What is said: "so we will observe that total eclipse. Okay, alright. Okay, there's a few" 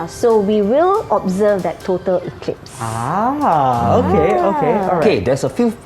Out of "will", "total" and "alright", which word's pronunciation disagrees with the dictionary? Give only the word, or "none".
alright